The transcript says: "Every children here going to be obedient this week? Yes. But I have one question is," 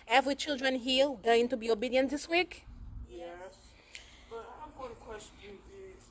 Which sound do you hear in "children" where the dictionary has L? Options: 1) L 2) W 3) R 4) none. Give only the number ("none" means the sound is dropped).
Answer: 1